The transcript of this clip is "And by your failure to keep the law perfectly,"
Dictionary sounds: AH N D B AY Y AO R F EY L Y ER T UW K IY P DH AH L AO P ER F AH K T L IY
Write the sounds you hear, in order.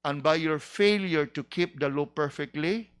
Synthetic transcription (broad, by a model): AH N B AY Y AO R F EY L Y ER T UW K IY P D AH L AO P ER F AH K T L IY